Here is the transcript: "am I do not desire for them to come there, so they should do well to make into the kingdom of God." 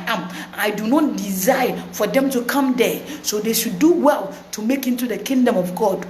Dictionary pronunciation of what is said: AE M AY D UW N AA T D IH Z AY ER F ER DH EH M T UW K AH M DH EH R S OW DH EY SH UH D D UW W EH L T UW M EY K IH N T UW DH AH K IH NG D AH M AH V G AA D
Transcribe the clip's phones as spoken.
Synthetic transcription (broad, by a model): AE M AY D UW N AA T D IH Z AY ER F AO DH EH M T UW K AH M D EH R S OW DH EY SH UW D D UW W EH L T UW M EY K IH N T UW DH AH K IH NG D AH M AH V G AA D